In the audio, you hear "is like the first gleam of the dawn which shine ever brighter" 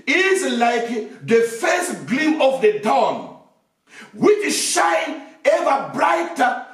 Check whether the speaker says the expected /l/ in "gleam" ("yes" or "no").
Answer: yes